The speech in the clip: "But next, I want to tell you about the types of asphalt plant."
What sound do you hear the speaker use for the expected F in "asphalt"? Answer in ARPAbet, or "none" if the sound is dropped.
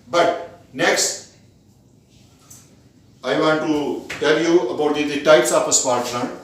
P